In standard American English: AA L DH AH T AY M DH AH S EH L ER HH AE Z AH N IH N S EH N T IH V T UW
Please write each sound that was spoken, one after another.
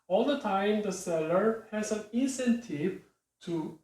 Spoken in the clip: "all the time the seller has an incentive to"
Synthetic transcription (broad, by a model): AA L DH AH T AY M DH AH S EH L ER HH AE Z AH N IH N S EH N T IH V T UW